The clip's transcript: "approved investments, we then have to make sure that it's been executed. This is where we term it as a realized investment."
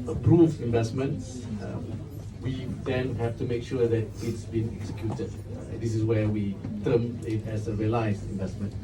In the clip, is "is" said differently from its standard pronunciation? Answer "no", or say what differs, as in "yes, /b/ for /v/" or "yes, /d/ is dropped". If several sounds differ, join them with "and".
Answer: yes, /s/ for /z/